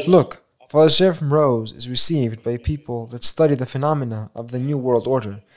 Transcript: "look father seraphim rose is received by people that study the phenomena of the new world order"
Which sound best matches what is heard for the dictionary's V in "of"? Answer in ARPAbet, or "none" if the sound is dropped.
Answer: V